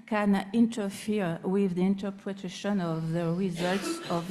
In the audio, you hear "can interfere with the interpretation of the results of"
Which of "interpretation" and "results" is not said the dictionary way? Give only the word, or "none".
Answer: none